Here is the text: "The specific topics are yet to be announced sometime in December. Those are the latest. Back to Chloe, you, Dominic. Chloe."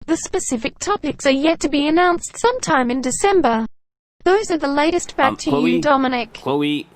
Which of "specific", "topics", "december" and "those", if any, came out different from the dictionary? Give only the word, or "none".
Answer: none